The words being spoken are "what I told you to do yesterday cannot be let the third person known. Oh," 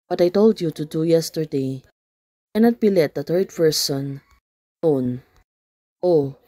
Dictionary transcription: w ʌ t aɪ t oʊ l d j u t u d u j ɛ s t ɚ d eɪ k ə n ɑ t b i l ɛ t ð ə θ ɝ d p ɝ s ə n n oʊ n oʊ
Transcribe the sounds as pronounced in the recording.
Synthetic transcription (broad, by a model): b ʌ t aɪ t oʊ l d j u t u d u j ɛ s t ɚ d eɪ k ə n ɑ t b i l ɛ t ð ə t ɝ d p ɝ s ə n n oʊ n oʊ